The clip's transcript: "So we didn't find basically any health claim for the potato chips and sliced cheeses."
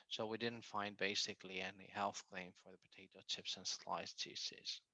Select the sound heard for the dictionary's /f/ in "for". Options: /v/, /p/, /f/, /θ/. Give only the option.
/f/